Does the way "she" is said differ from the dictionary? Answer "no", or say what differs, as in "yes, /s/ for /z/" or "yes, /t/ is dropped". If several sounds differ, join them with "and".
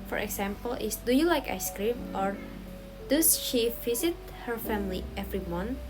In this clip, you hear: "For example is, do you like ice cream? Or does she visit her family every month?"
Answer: no